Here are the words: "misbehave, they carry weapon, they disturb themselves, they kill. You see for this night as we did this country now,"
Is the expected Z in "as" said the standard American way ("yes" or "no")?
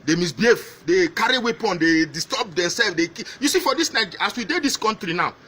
no